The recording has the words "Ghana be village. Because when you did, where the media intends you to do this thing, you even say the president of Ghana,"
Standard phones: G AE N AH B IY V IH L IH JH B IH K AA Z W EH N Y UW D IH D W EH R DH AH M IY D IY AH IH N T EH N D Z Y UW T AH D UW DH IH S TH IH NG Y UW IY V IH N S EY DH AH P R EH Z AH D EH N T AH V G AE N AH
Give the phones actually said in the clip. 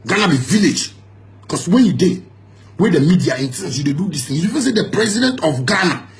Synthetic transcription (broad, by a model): G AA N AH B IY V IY L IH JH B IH K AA S W EH N Y UW D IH W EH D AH M IY D IY AH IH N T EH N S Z Y UW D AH D UW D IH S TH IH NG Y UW IY V IH N S EY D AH P R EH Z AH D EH N T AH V G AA N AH